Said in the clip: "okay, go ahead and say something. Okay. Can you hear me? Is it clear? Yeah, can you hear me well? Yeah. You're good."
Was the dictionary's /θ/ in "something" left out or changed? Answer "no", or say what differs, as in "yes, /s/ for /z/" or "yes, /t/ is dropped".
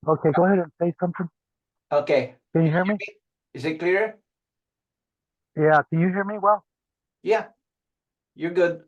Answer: no